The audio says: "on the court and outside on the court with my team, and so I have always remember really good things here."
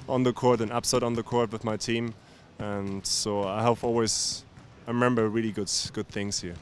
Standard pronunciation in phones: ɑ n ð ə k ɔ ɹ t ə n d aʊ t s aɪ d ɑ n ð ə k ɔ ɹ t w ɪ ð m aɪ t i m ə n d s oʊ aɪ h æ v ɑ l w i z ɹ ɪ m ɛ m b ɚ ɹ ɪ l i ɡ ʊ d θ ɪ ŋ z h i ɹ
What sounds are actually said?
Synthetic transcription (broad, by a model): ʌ n ð ə k ɔ ɹ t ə n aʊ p s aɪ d n ð ə k ɔ ɹ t w ɪ ð m aɪ t i m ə n s oʊ aɪ h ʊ p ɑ l w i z ɹ ɪ m ɛ m b ɚ ɹ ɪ l i ɡ ʊ d θ ɪ ŋ z h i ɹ